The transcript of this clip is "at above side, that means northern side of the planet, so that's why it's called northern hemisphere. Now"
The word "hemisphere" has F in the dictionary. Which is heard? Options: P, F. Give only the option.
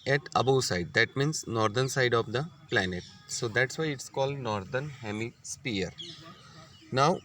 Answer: P